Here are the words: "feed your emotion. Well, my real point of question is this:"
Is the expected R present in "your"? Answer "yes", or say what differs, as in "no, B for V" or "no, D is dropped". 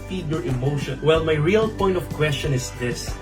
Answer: yes